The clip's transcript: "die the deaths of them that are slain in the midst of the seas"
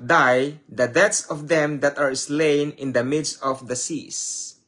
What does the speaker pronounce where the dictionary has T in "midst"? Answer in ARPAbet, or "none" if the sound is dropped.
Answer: T